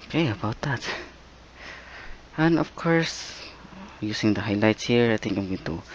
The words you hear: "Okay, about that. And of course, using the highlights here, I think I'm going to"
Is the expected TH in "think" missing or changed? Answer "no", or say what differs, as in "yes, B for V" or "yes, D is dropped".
yes, T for TH